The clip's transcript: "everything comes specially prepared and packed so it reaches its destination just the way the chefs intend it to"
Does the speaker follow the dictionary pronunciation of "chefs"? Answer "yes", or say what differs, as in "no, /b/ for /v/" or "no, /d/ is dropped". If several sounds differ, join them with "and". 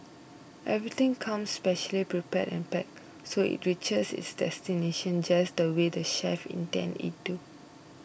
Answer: no, /s/ is dropped